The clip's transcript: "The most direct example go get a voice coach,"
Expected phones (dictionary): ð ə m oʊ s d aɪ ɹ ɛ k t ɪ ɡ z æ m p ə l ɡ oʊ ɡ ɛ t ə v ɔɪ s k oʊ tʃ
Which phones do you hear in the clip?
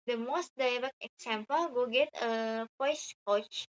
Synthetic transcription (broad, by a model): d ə m oʊ s d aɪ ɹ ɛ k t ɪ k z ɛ m p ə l ɡ oʊ ɡ ɛ t ə p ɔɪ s k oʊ tʃ